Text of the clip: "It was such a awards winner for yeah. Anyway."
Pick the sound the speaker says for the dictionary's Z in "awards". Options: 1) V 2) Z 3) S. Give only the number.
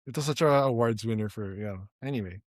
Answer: 2